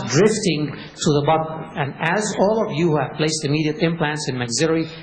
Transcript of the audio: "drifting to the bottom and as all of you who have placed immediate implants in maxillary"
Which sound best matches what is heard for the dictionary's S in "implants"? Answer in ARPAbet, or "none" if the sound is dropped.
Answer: S